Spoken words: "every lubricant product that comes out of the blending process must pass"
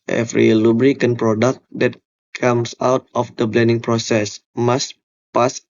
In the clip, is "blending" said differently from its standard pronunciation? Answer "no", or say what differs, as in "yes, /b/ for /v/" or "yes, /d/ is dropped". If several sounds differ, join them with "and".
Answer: no